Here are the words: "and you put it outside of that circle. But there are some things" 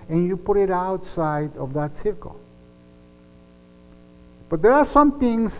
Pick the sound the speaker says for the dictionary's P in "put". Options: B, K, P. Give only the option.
P